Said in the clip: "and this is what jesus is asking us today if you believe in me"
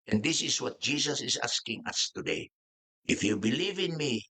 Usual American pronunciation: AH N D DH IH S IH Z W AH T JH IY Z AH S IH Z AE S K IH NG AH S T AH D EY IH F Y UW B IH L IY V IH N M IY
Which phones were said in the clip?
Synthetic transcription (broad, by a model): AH N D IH S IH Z W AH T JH IY S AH S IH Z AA S K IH NG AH S T AH D EY IH F Y UW B IH L IY V IH N M IY